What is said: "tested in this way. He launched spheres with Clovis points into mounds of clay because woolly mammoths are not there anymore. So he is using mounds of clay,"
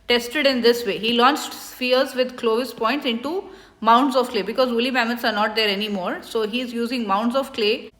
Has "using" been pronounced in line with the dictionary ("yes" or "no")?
yes